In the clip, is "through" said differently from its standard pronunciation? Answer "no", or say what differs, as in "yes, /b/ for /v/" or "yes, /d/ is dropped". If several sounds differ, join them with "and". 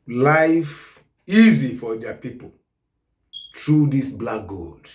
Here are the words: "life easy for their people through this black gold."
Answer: yes, /t/ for /θ/